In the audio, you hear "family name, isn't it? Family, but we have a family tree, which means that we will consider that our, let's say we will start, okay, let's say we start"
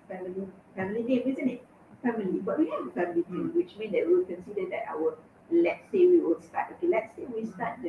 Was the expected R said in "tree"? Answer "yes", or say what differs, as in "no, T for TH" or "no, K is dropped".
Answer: no, R is dropped